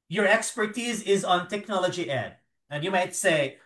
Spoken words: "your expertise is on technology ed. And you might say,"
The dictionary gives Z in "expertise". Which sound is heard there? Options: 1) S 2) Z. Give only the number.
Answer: 2